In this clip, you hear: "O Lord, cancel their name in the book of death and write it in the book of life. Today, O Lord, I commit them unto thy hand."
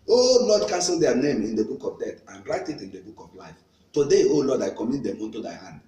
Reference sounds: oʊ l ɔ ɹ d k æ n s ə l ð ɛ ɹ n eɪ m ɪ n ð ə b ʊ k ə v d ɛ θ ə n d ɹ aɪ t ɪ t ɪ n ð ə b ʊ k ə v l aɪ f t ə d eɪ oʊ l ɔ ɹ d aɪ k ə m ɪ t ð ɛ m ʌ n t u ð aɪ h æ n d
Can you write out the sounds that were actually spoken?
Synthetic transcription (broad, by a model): oʊ l ɔ d k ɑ n s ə l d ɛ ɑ n eɪ m ɪ n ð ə b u k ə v d ɛ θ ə n ɹ aɪ t ɪ t ɪ n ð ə b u k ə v l aɪ f t ə d eɪ oʊ l ɔ d aɪ k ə m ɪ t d ɛ m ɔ n t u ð aɪ h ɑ n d